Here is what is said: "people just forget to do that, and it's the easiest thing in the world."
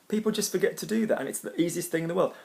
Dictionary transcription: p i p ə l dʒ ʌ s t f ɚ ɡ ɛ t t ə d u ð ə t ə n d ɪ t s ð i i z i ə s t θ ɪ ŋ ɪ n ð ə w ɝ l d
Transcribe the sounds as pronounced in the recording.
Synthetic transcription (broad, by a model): p i p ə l dʒ ʌ s t f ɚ ɡ ɛ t t ə d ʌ ð ə t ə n ɪ t s ð i i z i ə s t θ ɪ ŋ ɪ n ð ə w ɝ l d